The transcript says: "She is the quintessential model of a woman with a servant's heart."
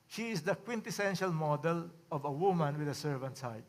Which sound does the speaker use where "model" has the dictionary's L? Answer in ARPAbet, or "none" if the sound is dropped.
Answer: L